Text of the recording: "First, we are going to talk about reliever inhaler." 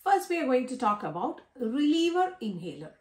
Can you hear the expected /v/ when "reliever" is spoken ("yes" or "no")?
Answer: yes